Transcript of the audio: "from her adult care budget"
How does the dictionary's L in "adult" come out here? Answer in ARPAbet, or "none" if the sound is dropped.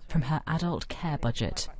L